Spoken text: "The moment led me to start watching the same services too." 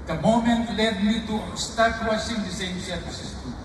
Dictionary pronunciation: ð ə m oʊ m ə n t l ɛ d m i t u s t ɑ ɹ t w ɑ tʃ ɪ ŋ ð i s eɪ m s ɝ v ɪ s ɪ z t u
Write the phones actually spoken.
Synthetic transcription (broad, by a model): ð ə m oʊ m ə n t l ɛ d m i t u s t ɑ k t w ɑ s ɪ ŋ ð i s eɪ m s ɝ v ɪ s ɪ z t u